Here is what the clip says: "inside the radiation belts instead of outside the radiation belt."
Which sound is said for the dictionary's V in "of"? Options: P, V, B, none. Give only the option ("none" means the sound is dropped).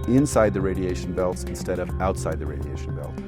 V